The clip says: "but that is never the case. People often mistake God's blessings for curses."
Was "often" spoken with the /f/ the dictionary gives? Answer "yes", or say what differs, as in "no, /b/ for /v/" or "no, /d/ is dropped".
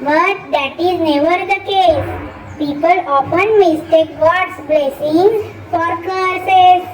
no, /p/ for /f/